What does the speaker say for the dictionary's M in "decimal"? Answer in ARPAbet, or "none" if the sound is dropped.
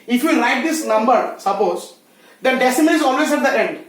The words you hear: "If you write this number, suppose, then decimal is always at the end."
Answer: none